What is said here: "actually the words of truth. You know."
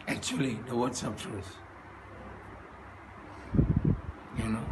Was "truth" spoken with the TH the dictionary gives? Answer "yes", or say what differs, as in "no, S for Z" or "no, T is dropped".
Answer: no, S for TH